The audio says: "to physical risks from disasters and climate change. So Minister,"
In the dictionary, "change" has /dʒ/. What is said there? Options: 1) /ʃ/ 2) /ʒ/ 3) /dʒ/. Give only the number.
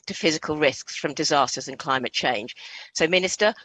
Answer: 2